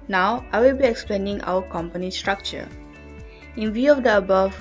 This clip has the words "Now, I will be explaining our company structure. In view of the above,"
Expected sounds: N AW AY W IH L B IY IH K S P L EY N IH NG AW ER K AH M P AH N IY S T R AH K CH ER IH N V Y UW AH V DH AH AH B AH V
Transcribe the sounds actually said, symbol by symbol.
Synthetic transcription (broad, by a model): N AW AY W IH L B IY IH K S P L EY N IH NG AW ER K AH M P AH N IY S T R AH K CH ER IH N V Y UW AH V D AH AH B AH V